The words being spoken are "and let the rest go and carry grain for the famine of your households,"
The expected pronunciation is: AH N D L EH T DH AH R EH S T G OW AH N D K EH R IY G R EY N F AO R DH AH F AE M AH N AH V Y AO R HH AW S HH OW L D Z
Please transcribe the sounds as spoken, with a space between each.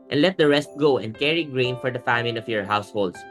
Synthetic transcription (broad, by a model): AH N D L EH T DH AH R EH S T G OW AH N D K EH R IY G R EY N F AO R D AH F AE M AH L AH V Y AO R HH AW S HH OW L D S